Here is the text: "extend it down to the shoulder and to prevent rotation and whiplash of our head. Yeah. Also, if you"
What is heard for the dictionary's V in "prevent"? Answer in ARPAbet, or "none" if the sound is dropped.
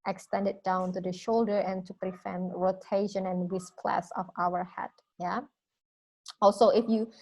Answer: F